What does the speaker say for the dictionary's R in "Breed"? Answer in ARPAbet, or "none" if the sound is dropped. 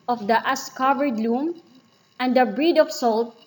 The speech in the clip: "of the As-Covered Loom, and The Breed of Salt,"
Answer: R